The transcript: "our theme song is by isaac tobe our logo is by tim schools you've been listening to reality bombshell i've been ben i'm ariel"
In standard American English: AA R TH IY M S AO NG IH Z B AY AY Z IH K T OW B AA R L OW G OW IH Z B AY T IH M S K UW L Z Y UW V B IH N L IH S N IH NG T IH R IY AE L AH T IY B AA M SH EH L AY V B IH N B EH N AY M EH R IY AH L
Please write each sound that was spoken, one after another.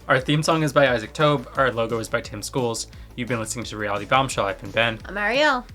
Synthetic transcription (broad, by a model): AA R TH IY M S AO NG IH Z B AY AY Z IH K T OW B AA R L OW G OW IH Z B AY T IH M S K UW L Z Y UW V B IH N L IH S N IH NG T IH R IY AE L AH T IY B AA M SH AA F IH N B EH N M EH R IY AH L